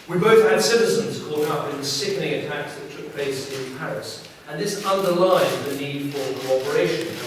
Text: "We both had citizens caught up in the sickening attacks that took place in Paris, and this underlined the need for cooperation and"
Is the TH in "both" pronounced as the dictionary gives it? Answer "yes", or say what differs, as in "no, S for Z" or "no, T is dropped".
yes